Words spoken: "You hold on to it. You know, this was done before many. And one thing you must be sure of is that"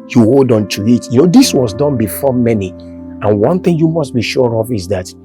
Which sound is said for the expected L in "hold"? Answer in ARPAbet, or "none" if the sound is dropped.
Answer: L